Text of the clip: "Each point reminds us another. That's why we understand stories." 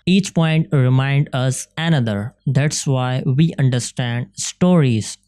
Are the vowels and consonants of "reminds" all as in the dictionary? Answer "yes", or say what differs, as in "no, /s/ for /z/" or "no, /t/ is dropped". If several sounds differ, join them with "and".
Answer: no, /z/ is dropped